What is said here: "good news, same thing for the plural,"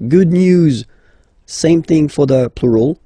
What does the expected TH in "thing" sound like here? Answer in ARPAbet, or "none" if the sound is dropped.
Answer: TH